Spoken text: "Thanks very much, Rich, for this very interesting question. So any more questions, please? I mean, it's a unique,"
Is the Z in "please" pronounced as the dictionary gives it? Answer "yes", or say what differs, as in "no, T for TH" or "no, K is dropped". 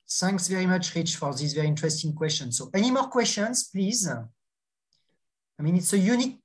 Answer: yes